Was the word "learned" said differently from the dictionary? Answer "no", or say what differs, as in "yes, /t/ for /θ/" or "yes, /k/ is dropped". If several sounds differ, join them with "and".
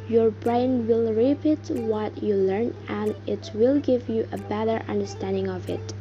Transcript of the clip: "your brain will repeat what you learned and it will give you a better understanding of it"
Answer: yes, /d/ is dropped